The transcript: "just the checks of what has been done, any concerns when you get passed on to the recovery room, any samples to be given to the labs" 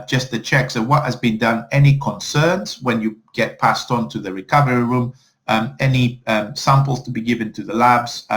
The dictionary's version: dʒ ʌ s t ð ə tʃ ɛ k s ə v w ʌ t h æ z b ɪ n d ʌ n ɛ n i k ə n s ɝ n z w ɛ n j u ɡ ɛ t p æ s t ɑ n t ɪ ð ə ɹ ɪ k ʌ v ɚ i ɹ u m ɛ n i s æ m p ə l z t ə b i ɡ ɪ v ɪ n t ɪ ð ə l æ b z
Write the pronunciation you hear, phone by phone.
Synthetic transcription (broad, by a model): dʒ ʌ s t ð ə tʃ ɛ k s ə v w ʌ t h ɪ z b ɪ n d ʌ n ɛ n i k ə n s ɝ n z w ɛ n j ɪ ɡ ɛ t p æ s t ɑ n t ɪ ð ə ɹ ɪ k ʌ v ɚ i ɹ u m ɛ n i s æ m p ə l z t ə b i ɡ ɪ v ɪ n t ɪ ð ə l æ b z